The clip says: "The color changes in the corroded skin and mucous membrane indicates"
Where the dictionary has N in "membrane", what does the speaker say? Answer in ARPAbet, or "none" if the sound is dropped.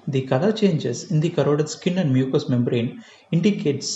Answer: N